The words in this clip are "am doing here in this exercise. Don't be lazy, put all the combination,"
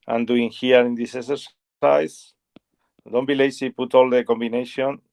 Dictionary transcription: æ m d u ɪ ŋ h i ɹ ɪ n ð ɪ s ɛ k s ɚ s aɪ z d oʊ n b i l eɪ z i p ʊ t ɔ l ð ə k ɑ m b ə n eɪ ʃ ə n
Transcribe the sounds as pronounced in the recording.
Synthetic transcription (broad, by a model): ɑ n d u ɪ ŋ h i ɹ ɪ n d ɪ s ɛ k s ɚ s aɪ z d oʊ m b i l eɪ s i p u t ɔ l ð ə k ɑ m b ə n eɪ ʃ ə n